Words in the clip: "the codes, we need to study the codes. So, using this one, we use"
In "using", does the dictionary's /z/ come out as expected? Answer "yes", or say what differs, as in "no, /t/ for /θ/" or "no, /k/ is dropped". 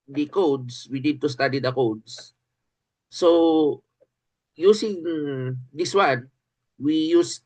no, /s/ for /z/